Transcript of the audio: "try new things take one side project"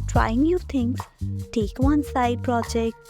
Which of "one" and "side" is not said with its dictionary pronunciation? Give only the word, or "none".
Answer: none